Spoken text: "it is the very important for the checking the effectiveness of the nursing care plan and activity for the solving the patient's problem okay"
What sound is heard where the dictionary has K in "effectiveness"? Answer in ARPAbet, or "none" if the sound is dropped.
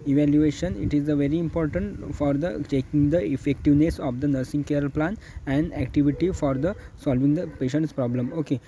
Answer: K